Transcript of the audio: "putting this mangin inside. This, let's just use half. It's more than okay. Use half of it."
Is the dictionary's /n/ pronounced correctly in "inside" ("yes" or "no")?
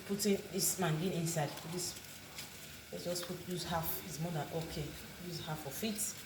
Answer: yes